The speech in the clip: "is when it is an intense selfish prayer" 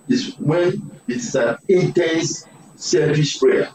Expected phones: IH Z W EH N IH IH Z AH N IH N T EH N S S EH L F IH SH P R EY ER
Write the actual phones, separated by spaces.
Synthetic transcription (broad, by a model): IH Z W EH N IH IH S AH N IH N T EH N S S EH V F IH S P R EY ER